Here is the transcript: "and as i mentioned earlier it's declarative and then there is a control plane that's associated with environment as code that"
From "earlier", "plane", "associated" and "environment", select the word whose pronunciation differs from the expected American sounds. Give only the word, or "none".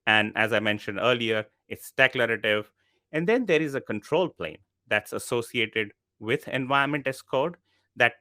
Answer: environment